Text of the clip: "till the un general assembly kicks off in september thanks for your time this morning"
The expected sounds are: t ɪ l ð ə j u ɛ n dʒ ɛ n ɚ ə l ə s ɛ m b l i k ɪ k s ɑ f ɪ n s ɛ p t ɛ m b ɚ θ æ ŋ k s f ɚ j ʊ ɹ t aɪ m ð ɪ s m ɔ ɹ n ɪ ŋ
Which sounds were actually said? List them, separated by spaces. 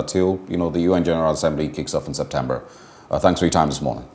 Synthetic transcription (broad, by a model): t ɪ l ð ə j u ɛ n dʒ ɛ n ɚ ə l ə s ɛ m b l i k ɪ k s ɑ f n s ɛ p t ɛ m b ɚ θ æ ŋ k s f ɚ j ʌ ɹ t aɪ m ð ɪ s m ɔ ɹ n ɪ ŋ